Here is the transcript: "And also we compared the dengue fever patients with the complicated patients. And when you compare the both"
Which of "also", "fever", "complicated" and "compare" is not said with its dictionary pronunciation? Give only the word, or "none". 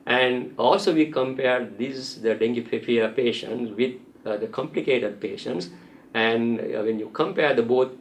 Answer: fever